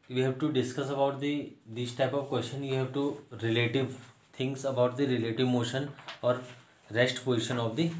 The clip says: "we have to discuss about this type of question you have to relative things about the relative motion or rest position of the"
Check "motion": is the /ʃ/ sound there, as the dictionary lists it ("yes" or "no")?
yes